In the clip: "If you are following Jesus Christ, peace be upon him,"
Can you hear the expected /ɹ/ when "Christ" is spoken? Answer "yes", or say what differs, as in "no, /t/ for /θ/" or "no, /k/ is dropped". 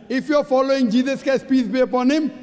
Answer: no, /ɹ/ is dropped